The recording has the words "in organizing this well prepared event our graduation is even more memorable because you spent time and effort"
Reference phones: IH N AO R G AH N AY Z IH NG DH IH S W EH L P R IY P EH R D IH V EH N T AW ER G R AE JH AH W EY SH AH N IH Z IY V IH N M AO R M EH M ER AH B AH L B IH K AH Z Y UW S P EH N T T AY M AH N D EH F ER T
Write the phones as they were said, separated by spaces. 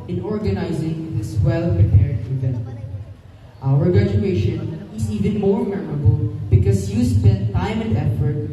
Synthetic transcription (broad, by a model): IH N AO R G AH N AY Z IH NG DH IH S W EH L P R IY P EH R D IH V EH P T AW ER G AE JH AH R EY SH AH N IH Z IY V IH N M AO R M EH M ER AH B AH L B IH K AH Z Y UW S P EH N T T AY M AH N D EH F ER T